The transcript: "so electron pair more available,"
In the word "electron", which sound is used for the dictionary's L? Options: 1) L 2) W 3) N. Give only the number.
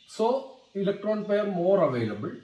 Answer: 1